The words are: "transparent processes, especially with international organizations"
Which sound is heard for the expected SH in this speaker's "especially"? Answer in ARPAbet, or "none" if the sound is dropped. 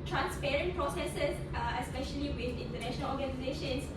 SH